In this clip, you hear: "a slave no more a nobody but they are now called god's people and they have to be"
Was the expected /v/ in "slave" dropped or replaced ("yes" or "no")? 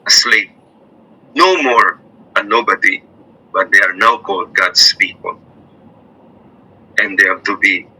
yes